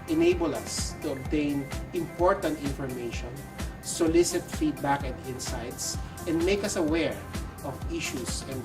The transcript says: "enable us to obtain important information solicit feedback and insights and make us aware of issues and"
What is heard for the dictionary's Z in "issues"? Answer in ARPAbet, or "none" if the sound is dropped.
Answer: S